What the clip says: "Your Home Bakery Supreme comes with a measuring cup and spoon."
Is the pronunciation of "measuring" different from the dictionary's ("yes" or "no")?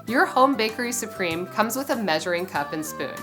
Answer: no